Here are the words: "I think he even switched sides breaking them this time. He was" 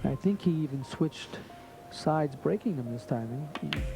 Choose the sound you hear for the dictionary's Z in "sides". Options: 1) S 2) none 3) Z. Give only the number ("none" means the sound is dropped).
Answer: 3